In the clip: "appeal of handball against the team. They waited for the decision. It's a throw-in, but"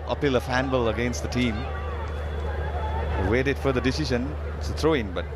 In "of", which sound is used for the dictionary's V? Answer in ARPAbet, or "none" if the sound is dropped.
F